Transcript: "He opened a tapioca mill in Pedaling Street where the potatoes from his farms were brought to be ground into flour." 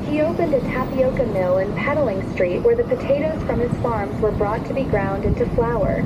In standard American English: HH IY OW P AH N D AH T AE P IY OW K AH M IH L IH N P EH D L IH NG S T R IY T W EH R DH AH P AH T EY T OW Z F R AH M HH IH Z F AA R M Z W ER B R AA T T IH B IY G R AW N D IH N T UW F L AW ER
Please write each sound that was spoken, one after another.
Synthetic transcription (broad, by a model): HH IY OW P AH N D AH T AE P IY OW K AH M IH L IH N P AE D L IH NG S T R IY T W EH R DH AH P AH T EY T OW Z F R AH M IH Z F AA R M Z W ER B R AA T T IH B IY G R AW N D IH N T UW F L AW ER